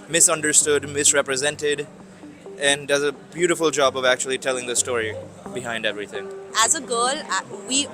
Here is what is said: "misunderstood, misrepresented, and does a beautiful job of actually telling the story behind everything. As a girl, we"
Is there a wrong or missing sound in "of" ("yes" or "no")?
no